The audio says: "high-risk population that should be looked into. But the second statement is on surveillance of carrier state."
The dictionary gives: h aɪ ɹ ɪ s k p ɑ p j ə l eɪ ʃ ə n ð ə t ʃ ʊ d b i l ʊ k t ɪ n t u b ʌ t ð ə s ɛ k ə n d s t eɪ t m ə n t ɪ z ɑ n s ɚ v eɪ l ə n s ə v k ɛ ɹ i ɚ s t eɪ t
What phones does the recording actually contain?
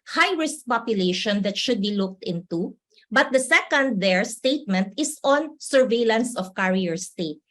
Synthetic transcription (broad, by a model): h aɪ ɹ ɪ s k p ɑ p j ə l eɪ ʃ ə n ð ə t ʃ ʊ d b i l ʊ k t ɪ n t u b ʌ t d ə s ɛ k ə n d s t eɪ t m ə n t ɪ s ɑ n s ɚ v eɪ l ə n s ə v k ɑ ɹ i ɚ s t eɪ t